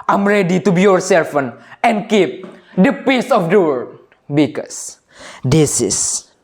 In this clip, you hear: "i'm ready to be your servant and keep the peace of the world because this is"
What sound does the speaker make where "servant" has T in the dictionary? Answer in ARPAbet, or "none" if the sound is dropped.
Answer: none